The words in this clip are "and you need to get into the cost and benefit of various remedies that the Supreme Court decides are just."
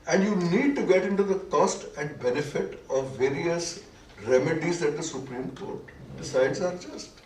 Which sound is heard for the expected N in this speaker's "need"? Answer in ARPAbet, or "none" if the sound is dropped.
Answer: N